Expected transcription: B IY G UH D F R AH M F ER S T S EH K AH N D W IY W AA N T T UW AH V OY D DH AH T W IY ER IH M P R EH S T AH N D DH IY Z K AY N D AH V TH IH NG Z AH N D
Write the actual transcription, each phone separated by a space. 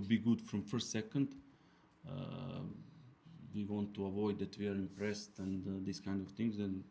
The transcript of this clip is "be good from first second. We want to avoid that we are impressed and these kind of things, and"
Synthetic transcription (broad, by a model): B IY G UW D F R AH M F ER T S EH K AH N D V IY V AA N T T UW AH V OY D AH T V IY ER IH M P R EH S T AH N D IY S K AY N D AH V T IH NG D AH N